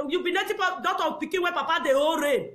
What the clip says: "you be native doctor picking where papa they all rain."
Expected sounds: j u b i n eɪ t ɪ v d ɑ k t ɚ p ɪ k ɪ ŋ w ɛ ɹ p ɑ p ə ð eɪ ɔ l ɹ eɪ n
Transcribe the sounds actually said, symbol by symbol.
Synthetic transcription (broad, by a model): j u b i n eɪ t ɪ p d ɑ t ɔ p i k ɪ w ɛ p ɑ p ə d eɪ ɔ ɹ eɪ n